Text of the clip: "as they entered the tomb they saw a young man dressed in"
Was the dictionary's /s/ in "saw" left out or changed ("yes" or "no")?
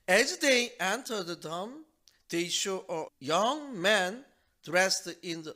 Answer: yes